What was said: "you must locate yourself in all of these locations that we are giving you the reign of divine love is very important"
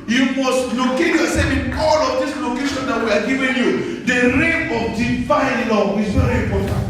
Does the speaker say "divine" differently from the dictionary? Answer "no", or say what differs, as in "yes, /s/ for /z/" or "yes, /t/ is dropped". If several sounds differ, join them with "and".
yes, /f/ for /v/